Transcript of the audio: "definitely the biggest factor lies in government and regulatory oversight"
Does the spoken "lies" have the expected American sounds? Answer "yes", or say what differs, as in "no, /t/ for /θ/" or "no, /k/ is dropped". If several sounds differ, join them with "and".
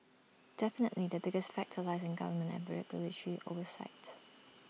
yes